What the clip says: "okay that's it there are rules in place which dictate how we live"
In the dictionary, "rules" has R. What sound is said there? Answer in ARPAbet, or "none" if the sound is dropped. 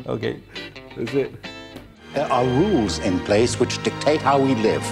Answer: R